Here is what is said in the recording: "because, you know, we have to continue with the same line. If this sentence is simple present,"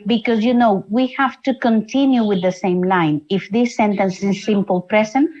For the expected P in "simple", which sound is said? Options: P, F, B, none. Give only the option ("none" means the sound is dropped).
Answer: P